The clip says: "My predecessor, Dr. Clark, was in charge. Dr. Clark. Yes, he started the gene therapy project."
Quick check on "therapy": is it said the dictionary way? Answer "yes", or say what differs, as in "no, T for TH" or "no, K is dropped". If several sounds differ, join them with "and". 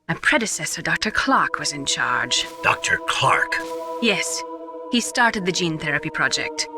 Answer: yes